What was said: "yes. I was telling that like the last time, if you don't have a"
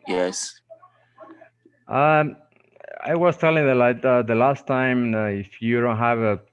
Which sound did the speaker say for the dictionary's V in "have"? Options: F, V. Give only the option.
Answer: V